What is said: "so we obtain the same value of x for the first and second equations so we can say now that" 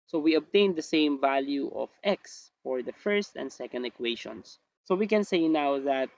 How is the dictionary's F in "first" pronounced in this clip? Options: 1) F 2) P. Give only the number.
1